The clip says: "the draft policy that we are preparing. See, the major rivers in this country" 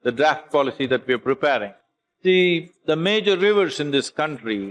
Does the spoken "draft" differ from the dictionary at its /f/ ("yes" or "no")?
no